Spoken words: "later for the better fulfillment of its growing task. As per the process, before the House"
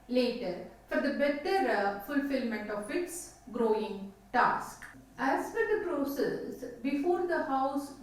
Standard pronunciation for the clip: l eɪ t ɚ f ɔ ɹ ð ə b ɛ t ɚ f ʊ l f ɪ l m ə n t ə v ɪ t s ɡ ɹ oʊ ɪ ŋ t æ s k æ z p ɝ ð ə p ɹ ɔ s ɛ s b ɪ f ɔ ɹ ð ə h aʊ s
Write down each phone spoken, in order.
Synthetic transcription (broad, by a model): l eɪ t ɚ f ɔ ɹ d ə b ɛ t ɚ f ʊ l f ɪ l m ə n t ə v ɪ t s ɡ ɹ oʊ ɪ ŋ t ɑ s k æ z f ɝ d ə p ɹ ɔ s ɛ s b ɪ f ɔ ɹ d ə h aʊ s